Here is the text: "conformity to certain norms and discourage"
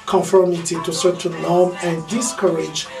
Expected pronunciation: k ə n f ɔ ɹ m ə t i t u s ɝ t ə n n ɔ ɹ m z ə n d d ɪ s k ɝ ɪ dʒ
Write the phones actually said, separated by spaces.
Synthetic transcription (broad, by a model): k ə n f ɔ ɹ m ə t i t u s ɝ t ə n l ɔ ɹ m ə n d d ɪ s k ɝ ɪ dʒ